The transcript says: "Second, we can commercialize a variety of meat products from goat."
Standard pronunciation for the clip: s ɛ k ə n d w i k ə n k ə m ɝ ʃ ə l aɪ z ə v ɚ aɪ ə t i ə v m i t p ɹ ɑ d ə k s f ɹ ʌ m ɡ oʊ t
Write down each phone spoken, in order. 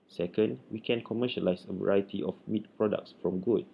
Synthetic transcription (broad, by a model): s ɛ k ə n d w i k ə n k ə m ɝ ʃ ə l aɪ s ə v ɚ aɪ ə t i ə f m i t p ɹ ɑ d ə k s f ɹ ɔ m ɡ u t